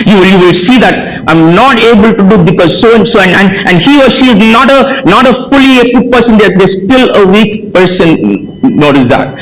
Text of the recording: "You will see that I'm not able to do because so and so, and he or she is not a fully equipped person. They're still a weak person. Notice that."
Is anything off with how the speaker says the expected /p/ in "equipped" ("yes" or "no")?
yes